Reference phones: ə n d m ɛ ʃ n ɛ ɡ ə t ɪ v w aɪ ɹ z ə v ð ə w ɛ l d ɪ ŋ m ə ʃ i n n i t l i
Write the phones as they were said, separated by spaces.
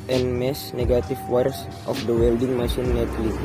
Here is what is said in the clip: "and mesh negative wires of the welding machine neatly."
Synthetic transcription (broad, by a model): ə n m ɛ s n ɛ ɡ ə t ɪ f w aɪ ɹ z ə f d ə w ɛ l d ɪ ŋ m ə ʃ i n n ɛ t l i